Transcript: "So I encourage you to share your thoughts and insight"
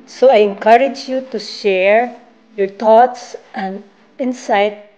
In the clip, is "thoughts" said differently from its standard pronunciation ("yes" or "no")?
yes